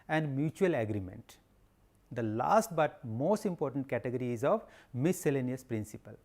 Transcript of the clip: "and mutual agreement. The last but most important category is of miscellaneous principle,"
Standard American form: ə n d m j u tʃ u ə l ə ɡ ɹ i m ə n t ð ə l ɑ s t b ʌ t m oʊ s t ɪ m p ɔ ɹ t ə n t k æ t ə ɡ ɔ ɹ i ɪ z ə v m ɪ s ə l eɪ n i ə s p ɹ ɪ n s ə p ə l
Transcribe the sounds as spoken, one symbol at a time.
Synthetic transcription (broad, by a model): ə n d m j u tʃ u ə l ə ɡ ɹ i m ə n t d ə l ɑ s t b ʌ t m oʊ s t ɪ m p ɔ ɹ t ə n t k æ t ə ɡ ɔ ɹ i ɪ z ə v m ɪ s ə l eɪ n i ə s p ɹ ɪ n s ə p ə l